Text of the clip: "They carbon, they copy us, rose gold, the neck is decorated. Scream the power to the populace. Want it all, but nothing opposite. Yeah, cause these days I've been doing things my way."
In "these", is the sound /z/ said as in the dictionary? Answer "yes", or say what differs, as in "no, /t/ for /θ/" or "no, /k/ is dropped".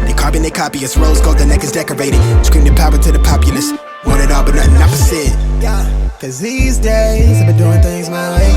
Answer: yes